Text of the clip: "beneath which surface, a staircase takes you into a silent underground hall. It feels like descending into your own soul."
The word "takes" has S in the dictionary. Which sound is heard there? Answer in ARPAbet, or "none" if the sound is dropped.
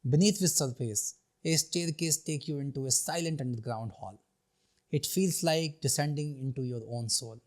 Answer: none